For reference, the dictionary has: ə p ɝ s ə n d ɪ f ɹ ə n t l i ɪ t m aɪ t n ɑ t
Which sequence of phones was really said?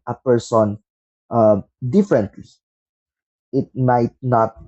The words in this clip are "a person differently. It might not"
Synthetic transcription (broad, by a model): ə p ɝ s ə n d ɪ f ɹ ə n t l i ɪ t m aɪ t n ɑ t